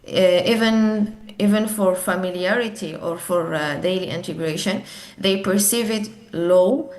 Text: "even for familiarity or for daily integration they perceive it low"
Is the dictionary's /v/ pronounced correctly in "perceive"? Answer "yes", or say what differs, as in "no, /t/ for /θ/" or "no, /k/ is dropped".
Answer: yes